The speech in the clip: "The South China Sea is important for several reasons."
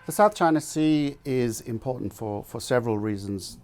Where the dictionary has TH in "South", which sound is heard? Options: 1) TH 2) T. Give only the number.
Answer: 1